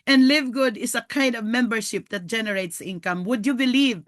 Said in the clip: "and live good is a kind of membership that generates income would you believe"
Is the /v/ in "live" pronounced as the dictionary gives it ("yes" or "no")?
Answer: yes